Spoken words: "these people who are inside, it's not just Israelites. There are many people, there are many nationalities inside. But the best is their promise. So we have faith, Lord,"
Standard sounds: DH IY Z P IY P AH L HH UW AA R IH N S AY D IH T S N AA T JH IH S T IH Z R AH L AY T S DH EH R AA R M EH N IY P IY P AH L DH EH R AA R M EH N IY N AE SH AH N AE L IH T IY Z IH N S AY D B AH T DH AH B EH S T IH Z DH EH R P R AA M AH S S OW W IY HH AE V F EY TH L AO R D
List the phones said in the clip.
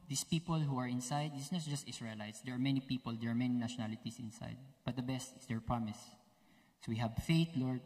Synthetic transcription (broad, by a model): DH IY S P IY P AH L HH UW AA R IH N S AY D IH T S N AA T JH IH S T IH S R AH L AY T S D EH R AA R M EH N IY P IY P AH L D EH R AA R M EH N IY N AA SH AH N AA L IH T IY S IH N S AY D B AH T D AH B EH S T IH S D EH R P R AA M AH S S OW W IY HH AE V F EY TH L AO R D